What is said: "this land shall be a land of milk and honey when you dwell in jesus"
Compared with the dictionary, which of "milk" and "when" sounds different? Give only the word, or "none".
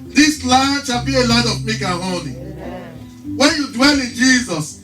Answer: milk